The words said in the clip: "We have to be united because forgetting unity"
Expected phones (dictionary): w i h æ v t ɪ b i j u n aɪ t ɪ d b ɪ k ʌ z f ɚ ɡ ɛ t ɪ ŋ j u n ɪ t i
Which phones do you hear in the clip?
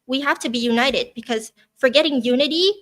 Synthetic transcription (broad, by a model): w i h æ f t ɪ b i j u n aɪ t ɪ d b ɪ k ʌ z f ɚ ɡ ɛ t ɪ ŋ j u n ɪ t i